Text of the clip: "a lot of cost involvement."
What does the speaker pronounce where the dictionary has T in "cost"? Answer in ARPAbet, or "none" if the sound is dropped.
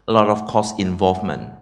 none